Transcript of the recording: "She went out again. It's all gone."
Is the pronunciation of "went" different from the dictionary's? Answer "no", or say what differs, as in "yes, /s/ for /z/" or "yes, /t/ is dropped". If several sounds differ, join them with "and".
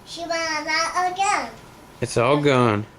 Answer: yes, /t/ is dropped